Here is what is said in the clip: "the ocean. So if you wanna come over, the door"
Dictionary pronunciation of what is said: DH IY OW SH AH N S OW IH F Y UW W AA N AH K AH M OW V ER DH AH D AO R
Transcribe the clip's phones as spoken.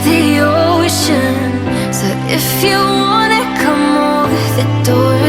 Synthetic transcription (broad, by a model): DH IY OW SH AH N S OW IH F Y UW W AA N AH K AH M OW ER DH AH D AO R